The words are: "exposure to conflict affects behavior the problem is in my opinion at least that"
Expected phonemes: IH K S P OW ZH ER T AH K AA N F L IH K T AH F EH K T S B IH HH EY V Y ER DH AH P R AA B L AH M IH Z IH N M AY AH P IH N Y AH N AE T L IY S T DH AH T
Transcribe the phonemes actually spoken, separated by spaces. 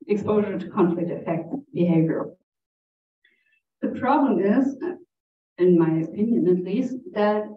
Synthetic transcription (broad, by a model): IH K S P OW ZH ER T AH K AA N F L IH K T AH F EH K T B IH HH EY V Y ER DH AH P R AA B L AH M IH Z IH N M AY AH P IH N Y AH N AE T L IY S T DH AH T